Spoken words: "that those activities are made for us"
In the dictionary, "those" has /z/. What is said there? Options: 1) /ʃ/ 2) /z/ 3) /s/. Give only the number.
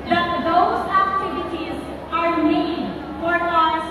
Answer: 2